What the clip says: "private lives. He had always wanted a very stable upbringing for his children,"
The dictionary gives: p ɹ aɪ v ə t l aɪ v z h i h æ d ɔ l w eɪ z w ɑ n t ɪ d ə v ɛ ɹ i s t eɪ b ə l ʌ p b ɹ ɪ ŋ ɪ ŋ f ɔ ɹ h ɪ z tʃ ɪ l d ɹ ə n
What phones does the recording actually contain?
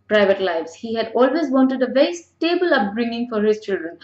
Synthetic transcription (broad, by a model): p ɹ aɪ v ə t l aɪ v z h i h æ d ɔ l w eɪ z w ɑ n t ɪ d ə v ɛ ɹ i s t eɪ b ə l ʌ p b ɹ ɪ ŋ ɪ ŋ f ɔ ɹ h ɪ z tʃ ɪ l d ɹ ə n